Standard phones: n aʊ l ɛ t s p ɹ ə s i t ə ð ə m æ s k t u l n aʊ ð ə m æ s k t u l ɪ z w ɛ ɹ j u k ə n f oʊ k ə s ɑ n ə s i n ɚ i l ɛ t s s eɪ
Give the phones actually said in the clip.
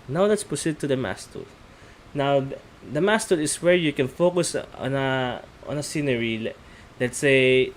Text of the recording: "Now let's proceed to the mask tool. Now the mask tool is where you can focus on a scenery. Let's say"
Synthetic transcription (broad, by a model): n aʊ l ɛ t s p ə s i t ə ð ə m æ s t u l n aʊ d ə m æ s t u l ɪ s w ɛ ɹ j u k ə n f oʊ k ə s ɑ n ə s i n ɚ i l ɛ t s s eɪ